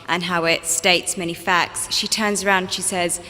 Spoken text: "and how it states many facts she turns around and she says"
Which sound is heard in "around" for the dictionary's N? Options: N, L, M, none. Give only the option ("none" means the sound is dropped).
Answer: none